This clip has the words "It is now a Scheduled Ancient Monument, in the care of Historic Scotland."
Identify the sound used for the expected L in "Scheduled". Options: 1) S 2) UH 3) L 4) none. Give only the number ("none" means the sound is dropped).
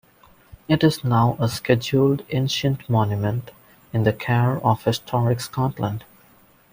3